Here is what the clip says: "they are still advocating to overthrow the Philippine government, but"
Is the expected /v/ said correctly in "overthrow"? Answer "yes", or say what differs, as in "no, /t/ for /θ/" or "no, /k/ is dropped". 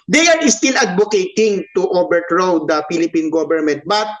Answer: no, /b/ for /v/